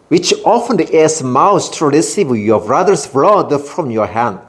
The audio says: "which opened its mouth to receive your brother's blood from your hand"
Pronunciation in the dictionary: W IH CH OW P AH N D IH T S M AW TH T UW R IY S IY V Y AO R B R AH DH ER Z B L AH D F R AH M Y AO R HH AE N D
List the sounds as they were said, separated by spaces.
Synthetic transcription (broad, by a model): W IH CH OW F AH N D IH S M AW S T UW R IY S IY V Y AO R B R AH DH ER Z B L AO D F R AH M Y AO R HH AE N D